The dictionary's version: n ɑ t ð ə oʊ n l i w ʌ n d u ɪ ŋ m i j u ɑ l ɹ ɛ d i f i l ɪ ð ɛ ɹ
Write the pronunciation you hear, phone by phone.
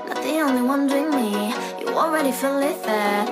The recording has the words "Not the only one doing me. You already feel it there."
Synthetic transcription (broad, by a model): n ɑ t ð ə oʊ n i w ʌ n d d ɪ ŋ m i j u ɑ l ɹ ɛ d i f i l ɪ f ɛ